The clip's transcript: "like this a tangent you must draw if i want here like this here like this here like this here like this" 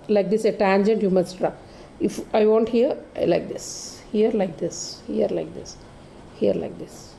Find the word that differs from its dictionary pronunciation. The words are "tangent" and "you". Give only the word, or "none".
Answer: none